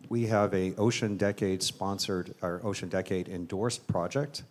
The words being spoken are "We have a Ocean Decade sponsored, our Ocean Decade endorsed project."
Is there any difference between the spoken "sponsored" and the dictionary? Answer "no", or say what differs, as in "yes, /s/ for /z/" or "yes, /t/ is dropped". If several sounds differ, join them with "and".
no